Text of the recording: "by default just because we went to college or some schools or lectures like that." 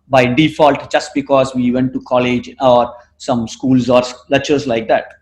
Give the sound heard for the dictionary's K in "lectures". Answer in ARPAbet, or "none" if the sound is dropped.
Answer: none